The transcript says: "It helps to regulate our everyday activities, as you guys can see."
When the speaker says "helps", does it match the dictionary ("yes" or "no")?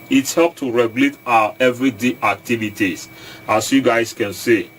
no